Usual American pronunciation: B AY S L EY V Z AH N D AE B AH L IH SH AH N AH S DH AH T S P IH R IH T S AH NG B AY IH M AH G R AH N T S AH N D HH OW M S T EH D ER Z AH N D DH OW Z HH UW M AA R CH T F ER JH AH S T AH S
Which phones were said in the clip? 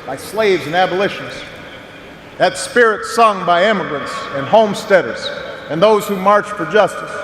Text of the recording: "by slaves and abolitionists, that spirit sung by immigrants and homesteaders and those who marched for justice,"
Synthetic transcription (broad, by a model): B AY S L EY V Z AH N AE B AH L IH SH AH N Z DH AH T S P IH R IH T S AH NG B AY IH M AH G R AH N T S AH N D HH OW M S T EH D ER Z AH N DH OW Z HH UW M AA R CH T F ER JH AH S T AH S